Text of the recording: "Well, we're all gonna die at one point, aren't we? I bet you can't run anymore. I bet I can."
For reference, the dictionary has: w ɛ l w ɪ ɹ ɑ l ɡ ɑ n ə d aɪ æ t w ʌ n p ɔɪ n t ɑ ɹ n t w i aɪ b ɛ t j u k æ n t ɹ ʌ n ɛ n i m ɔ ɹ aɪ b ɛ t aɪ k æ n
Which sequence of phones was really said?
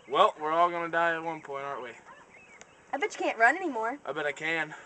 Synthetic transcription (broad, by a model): w ɛ l w ɪ ɹ ɑ l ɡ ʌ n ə d aɪ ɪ t w ʌ n p ɔɪ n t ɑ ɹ t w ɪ aɪ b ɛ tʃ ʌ k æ n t ɹ ʌ n ɛ n i m ɔ ɹ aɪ b ɛ t aɪ k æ n